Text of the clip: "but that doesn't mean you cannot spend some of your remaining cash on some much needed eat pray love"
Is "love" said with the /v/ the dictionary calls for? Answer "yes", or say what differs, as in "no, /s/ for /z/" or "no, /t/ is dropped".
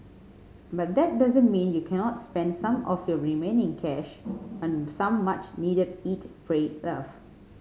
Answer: no, /f/ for /v/